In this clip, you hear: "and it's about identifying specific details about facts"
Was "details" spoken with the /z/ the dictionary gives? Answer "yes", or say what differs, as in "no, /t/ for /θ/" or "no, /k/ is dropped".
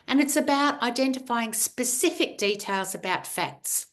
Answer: yes